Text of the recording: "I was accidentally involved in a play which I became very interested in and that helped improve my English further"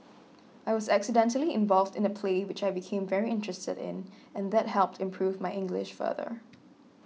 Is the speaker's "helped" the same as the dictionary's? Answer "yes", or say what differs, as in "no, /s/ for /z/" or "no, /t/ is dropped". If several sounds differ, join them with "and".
yes